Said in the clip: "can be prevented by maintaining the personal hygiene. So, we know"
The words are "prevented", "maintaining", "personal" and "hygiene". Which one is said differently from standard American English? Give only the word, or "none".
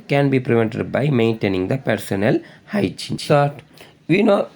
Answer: hygiene